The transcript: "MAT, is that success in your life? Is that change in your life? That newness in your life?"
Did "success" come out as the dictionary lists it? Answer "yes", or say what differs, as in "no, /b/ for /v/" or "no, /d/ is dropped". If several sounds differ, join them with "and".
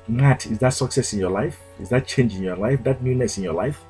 yes